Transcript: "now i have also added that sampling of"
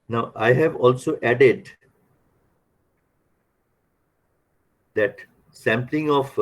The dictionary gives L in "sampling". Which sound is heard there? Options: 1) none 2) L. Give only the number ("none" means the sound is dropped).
2